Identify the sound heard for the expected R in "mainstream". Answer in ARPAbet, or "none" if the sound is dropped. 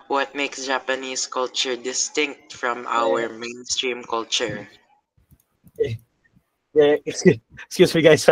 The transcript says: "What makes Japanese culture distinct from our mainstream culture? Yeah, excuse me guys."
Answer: R